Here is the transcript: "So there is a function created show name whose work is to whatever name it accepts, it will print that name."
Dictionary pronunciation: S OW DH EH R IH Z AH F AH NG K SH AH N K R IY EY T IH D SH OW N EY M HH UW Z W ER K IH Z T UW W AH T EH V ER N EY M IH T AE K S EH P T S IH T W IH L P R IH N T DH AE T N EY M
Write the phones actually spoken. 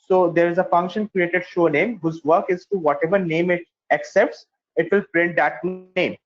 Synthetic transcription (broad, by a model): S OW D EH R IH Z AH F AH NG K SH AH N K R IY EY T IH D SH OW N EY M HH UW Z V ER K IH Z T UW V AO T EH V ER N EY M IH T AE K S EH P T S IH T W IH L P R IH N T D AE T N EY M